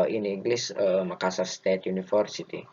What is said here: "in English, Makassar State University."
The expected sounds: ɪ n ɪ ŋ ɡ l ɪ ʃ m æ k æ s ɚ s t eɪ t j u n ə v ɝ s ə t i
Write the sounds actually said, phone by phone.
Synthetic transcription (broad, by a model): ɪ n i ŋ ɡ l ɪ s m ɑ k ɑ s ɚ s t eɪ t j u n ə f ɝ s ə t i